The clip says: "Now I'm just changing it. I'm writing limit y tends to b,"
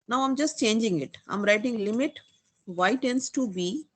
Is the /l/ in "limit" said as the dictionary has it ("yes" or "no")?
yes